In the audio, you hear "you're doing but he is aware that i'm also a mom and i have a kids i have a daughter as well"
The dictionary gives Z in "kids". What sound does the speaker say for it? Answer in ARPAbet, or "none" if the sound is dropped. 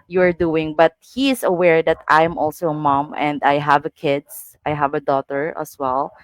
S